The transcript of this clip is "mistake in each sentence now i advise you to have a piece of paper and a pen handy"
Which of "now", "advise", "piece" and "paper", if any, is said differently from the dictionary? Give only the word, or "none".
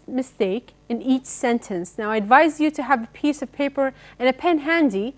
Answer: none